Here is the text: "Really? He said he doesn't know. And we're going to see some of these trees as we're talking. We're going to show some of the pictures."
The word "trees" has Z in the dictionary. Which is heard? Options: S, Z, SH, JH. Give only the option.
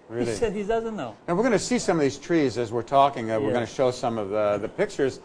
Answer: Z